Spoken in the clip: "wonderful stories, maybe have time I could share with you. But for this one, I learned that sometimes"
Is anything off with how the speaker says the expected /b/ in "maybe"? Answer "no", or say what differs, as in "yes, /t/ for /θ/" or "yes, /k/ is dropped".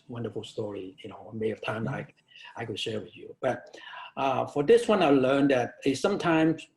yes, /b/ is dropped